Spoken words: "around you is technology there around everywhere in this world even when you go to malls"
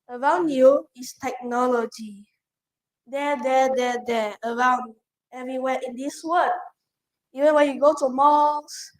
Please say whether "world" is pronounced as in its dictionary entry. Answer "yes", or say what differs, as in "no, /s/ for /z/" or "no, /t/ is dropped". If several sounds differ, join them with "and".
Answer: no, /d/ is dropped